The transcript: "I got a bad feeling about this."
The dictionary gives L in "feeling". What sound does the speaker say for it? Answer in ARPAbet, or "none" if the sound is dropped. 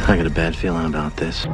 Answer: L